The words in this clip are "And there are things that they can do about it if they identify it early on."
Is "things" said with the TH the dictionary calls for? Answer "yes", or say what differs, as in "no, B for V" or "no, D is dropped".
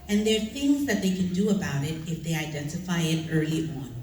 yes